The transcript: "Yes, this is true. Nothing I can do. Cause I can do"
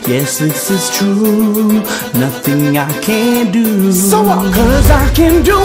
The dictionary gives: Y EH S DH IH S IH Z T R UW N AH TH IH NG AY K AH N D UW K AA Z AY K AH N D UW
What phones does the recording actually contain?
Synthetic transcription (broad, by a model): Y EH S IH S IH Z T R UW N AH TH IH NG AY K AH N D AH K AA Z AY K AH N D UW